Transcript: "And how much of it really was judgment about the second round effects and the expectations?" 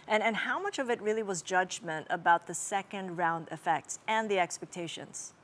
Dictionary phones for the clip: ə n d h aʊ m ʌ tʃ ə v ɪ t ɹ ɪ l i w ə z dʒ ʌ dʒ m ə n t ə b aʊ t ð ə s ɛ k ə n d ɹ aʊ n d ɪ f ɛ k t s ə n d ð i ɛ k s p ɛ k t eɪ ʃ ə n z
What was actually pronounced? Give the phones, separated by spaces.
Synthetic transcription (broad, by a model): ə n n h aʊ m ʌ tʃ ə v ɪ t ɹ ɪ l i w ə z dʒ ʌ dʒ m ə n t ə b aʊ t ð ə s ɛ k ə n d ɹ aʊ n d ɪ f ɛ k t s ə n ð i ɛ k s p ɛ k t eɪ ʃ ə n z